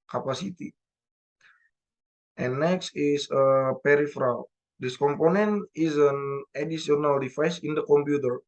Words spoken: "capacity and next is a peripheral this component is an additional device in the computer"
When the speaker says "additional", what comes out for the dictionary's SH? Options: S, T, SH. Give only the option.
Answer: S